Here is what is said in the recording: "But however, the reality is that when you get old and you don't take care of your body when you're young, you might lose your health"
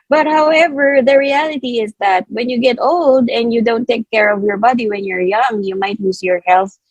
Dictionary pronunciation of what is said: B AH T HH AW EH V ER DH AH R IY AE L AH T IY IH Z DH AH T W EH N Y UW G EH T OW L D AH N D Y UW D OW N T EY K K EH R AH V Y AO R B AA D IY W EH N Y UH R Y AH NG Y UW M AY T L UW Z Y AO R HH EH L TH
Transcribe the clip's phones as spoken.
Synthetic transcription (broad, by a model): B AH T HH AW EH V ER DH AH R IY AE L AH T IY IH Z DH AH T W EH N Y UW G EH T OW L D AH N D Y UW D OW N T EY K K EH R AH V Y AO R B AA D IY W EH N Y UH R Y AH NG Y UW M AY T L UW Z Y AO R HH EH L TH